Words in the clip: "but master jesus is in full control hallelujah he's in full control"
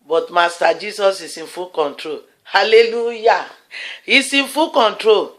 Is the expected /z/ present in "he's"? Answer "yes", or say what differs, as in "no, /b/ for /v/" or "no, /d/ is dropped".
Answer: no, /s/ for /z/